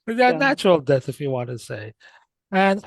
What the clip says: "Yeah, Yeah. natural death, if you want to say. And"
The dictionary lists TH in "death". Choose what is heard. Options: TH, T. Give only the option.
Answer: TH